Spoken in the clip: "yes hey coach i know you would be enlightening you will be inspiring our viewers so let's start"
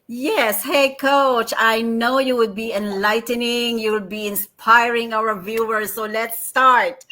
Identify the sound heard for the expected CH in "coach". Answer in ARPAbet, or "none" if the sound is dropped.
CH